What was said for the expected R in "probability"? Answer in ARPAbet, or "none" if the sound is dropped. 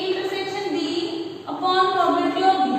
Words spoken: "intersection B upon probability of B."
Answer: none